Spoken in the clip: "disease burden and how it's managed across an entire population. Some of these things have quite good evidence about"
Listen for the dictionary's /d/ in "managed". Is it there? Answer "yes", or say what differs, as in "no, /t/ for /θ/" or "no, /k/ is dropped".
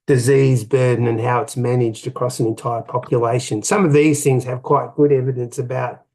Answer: yes